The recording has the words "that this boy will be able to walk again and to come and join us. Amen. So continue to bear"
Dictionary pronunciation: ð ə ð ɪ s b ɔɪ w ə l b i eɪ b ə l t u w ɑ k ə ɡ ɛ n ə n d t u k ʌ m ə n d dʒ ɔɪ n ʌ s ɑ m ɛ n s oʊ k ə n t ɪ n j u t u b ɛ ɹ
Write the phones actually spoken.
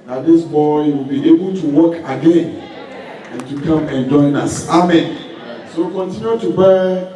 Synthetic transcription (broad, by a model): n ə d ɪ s b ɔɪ w ə l b i eɪ b ə l t u w ɑ k ə ɡ ɛ n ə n t u k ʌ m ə n dʒ ɔɪ n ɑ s ɑ m ɛ n s oʊ k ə n t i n j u t u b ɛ